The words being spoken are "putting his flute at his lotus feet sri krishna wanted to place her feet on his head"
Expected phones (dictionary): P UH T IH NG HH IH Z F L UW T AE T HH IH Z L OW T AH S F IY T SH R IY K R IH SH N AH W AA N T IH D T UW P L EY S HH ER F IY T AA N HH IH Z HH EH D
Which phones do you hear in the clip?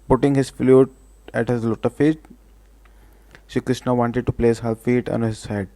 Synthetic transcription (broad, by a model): P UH T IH NG HH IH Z F L UW T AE T HH IH Z L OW T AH F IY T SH IY K R IH SH N AH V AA N T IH D T UW P L EY S HH ER F IY T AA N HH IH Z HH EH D